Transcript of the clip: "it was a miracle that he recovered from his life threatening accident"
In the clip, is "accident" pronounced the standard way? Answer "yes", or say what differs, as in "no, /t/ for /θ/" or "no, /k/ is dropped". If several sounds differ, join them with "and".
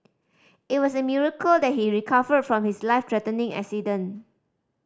no, /t/ is dropped